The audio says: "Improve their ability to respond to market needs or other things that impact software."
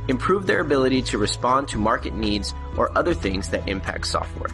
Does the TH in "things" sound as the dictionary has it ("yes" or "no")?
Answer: yes